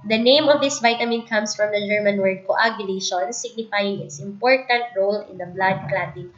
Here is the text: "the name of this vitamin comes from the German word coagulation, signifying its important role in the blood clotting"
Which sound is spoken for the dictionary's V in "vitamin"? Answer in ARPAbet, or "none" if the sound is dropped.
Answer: V